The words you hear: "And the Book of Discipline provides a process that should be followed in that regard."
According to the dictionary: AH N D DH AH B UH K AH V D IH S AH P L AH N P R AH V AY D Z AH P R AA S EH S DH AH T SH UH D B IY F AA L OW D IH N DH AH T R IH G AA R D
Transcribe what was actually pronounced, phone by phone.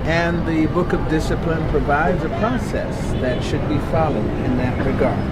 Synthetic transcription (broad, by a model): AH N DH AH B UH K AH V D IH S AH P L AH N P R AH V AY D Z AH P R AA S EH S DH AH T SH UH D B IY F AA L OW D IH N DH AH T R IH G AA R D